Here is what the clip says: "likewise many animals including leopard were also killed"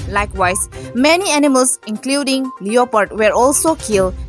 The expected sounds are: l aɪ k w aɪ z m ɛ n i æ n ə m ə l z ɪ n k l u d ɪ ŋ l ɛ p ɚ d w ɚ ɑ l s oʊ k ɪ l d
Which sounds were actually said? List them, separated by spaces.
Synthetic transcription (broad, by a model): l aɪ k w aɪ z m ɛ n i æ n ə m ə l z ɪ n k l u d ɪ ŋ l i p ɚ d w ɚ ɑ l s oʊ k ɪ l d